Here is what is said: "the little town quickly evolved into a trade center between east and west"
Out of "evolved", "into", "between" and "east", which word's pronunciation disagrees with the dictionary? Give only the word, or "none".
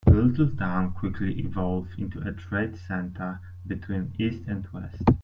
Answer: evolved